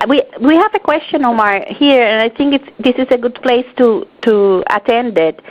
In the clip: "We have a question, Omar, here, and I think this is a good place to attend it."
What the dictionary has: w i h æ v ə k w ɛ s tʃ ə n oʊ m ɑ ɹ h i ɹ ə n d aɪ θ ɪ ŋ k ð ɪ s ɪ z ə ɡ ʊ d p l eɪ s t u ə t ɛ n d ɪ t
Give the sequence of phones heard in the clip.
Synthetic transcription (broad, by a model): w i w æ v ə k w ɛ s tʃ ə n oʊ m ɑ ɹ h i ɹ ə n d aɪ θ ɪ ŋ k ð ɪ s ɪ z ə ɡ ʊ d p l eɪ s t u ə t ɛ n d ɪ t